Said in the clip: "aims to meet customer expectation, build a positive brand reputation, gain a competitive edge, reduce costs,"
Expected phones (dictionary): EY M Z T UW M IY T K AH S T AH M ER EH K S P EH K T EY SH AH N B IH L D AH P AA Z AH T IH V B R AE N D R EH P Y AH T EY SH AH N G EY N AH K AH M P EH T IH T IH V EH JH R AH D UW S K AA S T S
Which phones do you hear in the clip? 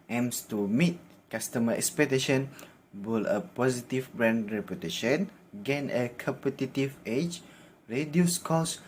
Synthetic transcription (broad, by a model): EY M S T UW M IY T K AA S T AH M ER EH K S P EH K T EY SH AH N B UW L AH P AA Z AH T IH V B R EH N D R EH P Y AH T EY SH AH N G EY N AH K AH M P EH T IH T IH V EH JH R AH D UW S K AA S S